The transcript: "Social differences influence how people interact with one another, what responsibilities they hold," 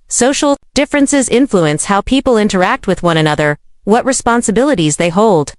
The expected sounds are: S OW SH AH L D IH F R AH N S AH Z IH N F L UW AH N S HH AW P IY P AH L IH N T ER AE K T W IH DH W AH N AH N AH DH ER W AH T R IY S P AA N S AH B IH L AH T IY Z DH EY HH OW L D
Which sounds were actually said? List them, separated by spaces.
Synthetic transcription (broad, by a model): S OW SH L D IH F R AH N S AH Z IH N F L UW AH N S HH AW P IY P L IH N T ER AE K T W IH DH W AH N AH N AH DH ER W AH T R IY S P AA N S AH B IH L AH T IY Z DH EY HH OW L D